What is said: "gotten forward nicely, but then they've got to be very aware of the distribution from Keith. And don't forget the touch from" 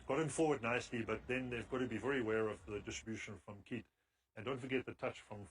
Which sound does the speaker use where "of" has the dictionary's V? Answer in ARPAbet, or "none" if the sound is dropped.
V